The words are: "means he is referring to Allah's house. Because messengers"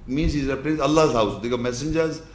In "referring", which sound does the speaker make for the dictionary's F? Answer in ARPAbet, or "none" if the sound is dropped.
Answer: P